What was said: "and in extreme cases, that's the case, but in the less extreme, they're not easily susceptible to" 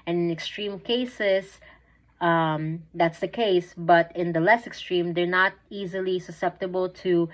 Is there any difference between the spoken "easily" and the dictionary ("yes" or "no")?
no